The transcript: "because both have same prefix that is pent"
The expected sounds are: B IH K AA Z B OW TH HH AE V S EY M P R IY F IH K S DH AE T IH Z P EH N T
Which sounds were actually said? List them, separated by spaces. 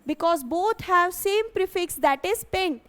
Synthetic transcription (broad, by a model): B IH K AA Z B OW T HH AE V S EY M P R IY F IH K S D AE T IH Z P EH N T